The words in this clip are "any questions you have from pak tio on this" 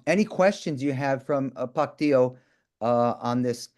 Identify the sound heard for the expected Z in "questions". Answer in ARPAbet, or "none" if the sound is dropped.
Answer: Z